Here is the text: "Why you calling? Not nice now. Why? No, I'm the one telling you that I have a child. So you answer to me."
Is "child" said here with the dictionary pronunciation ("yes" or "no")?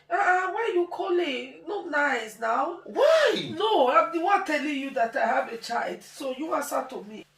yes